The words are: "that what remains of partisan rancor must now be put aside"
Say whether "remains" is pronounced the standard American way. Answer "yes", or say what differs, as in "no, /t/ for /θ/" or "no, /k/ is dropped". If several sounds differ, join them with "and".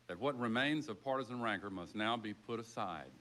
yes